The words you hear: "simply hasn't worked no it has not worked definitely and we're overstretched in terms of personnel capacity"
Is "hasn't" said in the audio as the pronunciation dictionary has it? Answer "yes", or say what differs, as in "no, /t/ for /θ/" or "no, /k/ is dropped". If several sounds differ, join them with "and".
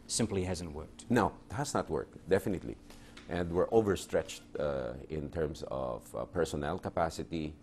yes